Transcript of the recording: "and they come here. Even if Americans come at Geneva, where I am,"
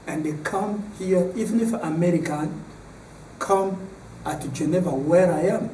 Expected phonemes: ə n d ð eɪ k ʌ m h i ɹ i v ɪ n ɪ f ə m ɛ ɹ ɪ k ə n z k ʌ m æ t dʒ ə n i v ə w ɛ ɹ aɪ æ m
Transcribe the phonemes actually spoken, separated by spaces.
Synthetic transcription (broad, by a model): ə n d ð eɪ k ʌ m h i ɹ i v ɪ n ɪ f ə m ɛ ɹ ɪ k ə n k ʌ m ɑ t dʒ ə n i v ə w ɛ ɹ aɪ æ m